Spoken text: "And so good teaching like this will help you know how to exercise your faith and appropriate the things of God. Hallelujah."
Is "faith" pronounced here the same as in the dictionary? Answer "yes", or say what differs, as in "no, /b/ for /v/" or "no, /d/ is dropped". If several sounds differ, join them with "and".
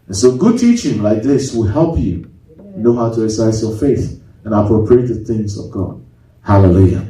yes